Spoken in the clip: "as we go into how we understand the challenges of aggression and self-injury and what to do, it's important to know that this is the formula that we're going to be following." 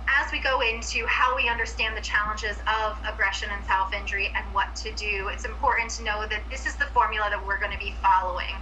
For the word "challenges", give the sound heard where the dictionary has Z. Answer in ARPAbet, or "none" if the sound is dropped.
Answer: Z